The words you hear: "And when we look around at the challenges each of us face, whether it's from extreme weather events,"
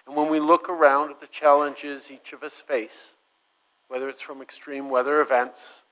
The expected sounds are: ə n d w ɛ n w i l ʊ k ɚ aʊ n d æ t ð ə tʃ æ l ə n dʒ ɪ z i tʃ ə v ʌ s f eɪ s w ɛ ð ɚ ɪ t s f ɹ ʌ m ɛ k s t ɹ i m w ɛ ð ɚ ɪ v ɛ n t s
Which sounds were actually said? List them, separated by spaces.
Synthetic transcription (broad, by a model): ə n w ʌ n w i l ʊ k ɚ aʊ n d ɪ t ð ə tʃ æ l ə n dʒ ɪ z i tʃ ə v ʌ s f eɪ s w ɛ ð ɚ ɪ t s f ɹ ʌ m ɛ k s t ɹ i m w ɛ ð ɚ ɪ v ɛ n t s